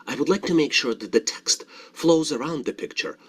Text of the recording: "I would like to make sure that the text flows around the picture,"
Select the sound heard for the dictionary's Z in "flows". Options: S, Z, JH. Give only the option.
Z